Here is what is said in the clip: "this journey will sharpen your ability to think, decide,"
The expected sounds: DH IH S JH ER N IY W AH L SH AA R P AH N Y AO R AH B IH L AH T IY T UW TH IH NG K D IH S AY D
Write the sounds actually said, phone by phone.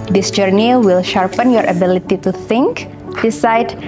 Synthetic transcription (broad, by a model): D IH S JH ER N IY W AH L SH AA R P AH N Y AO R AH B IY L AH T IY T UW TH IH NG K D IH S AY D